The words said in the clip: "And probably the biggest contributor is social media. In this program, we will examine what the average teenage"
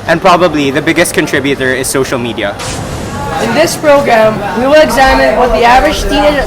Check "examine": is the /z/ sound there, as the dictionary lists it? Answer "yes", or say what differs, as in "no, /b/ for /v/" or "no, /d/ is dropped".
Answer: yes